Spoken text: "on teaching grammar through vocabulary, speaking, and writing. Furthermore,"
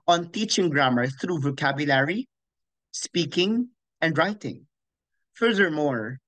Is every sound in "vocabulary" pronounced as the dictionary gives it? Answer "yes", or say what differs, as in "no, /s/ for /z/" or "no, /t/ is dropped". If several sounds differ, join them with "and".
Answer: yes